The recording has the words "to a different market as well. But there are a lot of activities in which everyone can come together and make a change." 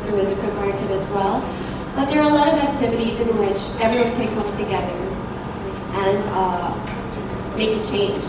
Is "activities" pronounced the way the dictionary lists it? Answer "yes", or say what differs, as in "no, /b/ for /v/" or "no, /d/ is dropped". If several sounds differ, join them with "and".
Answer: yes